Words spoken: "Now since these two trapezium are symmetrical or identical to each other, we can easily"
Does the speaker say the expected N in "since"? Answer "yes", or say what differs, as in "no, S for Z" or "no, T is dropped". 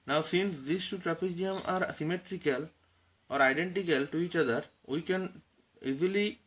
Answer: yes